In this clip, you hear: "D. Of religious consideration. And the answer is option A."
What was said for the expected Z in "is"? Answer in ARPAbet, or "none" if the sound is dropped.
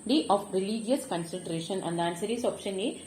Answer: S